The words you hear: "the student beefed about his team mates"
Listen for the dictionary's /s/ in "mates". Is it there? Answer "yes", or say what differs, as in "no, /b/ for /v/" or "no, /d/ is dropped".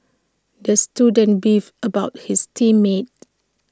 no, /s/ is dropped